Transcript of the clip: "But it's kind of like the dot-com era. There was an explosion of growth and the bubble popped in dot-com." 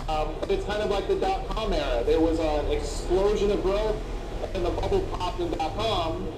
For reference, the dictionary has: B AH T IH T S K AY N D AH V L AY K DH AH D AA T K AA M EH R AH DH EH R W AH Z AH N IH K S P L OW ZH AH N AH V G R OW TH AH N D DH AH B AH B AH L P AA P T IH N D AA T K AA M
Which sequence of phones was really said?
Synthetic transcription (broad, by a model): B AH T IH T S K AY N D AH V L AY K DH AH D AA T K AA M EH R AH DH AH R W AH Z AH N IH K S P L OW ZH AH N AH V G R OW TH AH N DH AH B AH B L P AA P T IH N D AA T K AA M